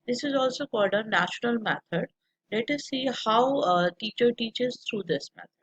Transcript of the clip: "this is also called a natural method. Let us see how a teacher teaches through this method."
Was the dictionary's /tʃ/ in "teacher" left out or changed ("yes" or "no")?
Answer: no